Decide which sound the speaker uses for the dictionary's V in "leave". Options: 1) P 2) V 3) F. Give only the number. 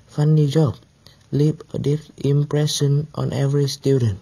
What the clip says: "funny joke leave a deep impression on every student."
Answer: 1